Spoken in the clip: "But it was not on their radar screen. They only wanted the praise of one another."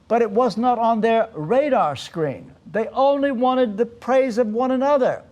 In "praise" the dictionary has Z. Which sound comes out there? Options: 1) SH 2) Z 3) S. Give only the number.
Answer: 2